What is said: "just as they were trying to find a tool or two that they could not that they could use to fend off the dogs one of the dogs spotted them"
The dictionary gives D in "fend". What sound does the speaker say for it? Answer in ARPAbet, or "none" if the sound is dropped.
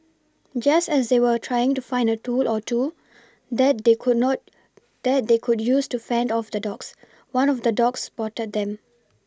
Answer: D